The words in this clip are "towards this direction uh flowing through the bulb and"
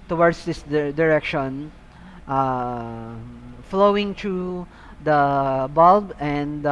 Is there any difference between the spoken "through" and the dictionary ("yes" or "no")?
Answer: yes